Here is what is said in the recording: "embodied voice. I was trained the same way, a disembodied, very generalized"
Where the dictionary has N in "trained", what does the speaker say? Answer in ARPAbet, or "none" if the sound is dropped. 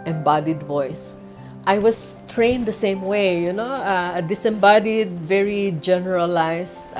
N